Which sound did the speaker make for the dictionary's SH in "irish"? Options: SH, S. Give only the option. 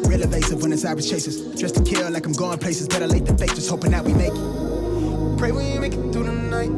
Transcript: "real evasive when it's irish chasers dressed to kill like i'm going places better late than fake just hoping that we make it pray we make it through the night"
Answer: S